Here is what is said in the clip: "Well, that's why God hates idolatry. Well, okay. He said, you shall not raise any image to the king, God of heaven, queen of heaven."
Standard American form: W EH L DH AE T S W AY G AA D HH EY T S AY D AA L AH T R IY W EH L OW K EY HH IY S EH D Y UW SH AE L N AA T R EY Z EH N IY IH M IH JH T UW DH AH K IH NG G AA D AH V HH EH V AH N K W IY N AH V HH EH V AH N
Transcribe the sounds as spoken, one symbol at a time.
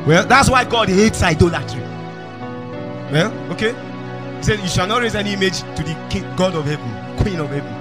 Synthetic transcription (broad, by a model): W EH L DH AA T S W AY G AA D HH EY T S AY D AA L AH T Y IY W EH L OW K EY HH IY S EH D Y UW SH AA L N AA T R EY Z EH N IY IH M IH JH T UW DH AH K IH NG G AA D AH V HH EH V AH N K W IY N AH V HH EH V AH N